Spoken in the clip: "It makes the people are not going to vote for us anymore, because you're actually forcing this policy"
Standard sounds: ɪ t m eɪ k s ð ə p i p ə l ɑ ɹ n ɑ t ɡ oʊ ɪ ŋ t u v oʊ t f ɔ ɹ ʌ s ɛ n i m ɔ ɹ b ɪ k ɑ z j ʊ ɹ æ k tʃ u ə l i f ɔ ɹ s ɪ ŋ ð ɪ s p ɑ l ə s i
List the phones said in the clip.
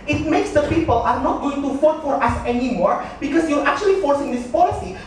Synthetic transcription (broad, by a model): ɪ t m eɪ k s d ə p i p ə l ɑ ɹ n ɑ t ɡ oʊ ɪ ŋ t u f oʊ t f ɔ ɹ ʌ s ɛ n i m ɔ ɹ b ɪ k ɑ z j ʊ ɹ æ k tʃ u ə l i f ɔ ɹ s ɪ ŋ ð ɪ s p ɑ l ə s i